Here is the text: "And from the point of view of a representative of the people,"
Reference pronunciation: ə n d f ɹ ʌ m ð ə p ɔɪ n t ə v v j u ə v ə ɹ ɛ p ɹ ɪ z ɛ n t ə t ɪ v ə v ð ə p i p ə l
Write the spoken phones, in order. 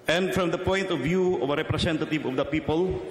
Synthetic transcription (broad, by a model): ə n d f ɹ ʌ m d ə p ɔɪ n t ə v v j u ə v ə ɹ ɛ p ɹ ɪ s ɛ n t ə t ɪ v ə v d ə p i p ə l